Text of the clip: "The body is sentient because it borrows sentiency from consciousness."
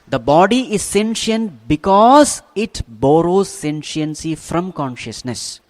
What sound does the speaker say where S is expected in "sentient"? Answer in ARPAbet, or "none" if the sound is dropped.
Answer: S